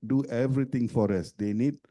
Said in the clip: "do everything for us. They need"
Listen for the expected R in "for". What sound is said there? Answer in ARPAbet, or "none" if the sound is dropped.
R